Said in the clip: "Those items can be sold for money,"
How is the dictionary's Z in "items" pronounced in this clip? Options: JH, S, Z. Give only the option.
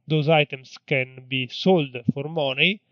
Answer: S